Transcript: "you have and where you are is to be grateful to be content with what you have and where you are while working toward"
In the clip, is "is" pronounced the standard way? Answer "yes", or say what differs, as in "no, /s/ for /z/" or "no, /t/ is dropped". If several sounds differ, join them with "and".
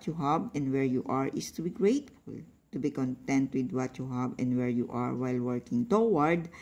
no, /s/ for /z/